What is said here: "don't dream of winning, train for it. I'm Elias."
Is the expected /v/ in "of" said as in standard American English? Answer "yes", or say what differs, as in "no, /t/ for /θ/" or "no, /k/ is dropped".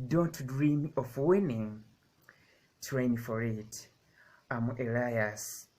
no, /f/ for /v/